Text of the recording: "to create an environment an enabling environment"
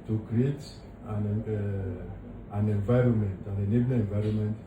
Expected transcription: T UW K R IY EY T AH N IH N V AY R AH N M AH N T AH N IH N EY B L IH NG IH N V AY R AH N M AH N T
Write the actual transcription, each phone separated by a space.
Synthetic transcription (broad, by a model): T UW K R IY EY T AH N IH N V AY R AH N M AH N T AH N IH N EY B N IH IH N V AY R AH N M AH N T